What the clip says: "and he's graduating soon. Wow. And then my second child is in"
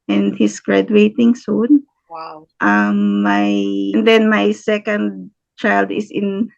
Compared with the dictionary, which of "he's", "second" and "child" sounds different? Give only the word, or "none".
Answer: he's